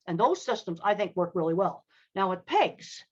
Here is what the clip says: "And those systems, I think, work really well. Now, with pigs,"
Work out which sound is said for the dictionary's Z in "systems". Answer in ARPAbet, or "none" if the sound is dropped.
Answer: Z